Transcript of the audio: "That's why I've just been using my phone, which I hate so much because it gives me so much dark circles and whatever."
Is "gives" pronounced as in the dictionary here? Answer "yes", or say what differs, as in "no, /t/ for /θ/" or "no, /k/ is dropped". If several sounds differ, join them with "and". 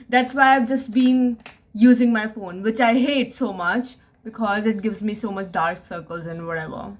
yes